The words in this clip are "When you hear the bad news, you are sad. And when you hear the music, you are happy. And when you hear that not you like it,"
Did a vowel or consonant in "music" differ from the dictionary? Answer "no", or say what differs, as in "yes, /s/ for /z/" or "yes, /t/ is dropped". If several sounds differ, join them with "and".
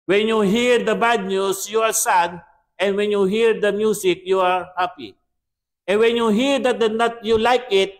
yes, /s/ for /z/